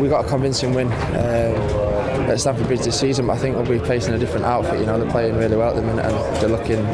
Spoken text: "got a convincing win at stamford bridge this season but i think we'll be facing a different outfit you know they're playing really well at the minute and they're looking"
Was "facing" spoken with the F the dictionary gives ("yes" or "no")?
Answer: no